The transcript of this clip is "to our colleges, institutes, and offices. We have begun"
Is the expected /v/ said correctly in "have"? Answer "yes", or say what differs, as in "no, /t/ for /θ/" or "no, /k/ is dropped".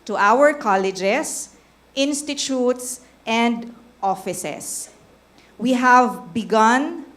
yes